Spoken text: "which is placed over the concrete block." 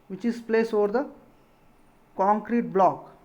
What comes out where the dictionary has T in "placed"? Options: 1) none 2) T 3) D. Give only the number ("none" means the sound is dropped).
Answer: 1